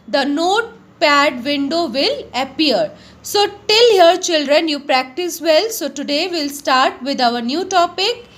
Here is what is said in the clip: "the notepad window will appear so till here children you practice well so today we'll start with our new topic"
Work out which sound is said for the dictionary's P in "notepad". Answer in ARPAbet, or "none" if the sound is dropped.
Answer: P